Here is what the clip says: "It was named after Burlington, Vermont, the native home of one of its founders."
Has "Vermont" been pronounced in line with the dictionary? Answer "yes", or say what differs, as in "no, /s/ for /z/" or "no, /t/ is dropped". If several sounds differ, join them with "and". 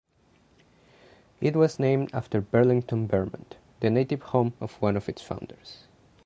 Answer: no, /b/ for /v/